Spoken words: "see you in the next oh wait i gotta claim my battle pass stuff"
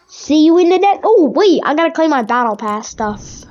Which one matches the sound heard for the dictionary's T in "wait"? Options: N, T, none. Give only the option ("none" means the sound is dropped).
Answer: none